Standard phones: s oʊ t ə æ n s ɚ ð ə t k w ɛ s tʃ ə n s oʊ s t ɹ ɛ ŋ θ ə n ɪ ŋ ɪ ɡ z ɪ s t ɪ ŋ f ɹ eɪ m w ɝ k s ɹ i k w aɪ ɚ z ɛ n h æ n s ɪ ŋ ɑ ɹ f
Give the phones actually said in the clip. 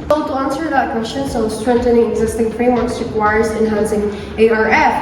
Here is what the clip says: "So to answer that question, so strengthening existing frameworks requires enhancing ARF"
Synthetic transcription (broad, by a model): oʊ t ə æ n s ɚ ð ə t k w ɛ s tʃ ə n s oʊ s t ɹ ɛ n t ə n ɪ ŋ ɪ ɡ z ɪ s t ɪ ŋ f ɹ eɪ m w ɝ k s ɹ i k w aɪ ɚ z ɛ n h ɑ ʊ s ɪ ŋ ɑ ɹ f